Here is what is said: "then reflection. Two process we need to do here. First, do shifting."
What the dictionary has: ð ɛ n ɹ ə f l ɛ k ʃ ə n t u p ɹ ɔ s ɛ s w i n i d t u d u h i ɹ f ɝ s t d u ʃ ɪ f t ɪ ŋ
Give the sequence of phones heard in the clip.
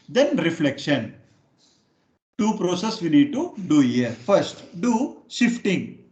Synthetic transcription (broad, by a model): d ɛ n ɹ ə f l ɛ k ʃ ə n t u p ɹ ɔ s ɛ s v i n i d t u d u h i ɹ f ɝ s t d u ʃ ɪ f t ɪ ŋ